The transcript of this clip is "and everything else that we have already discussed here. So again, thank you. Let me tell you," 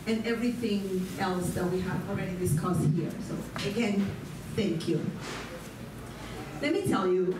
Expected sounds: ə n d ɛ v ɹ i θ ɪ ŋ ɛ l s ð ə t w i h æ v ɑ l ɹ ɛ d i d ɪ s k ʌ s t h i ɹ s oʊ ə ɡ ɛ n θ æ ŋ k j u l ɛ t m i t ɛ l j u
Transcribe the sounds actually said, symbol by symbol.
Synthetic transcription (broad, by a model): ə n ɛ v ɹ i θ ɪ ŋ ɛ l s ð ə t w i h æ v ɑ l ɹ ɛ d i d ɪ s k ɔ s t h i ɹ s oʊ ə ɡ ɛ n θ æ ŋ k j u l ɛ t m i t ɛ l j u